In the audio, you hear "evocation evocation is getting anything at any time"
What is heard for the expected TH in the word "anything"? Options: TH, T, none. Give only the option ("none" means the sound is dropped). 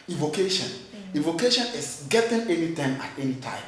T